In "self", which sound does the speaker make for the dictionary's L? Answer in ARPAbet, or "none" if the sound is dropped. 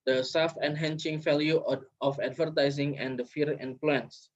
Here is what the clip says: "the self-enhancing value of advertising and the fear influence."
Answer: none